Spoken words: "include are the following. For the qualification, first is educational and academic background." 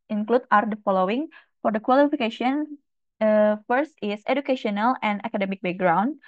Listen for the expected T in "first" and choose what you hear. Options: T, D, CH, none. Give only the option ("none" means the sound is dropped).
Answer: T